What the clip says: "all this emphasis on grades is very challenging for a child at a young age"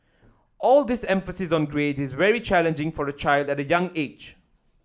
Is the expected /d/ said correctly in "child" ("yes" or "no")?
yes